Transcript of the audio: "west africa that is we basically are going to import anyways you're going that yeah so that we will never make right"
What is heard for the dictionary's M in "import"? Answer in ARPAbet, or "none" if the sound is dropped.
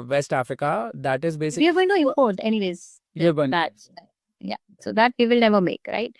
none